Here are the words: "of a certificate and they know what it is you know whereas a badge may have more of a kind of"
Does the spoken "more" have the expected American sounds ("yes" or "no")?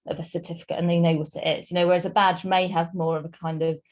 yes